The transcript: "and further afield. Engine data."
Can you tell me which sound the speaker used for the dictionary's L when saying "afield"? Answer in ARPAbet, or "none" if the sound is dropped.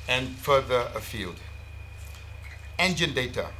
L